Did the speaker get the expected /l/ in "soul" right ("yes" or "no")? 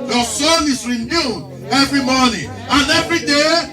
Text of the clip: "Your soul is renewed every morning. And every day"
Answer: no